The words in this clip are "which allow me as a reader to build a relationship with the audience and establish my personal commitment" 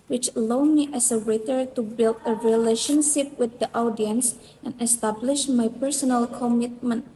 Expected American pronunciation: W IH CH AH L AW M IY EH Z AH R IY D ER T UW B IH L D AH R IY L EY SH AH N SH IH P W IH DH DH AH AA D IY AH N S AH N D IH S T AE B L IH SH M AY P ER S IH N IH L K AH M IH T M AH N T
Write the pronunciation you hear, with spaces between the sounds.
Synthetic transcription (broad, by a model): W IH CH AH L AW M IY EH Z AH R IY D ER T UW B IH L D AH R IY L EY SH AH N SH IH P W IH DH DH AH AA D IY AH N S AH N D IH S T AE B L IH SH M AY P ER S IH N IH L K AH M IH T M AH N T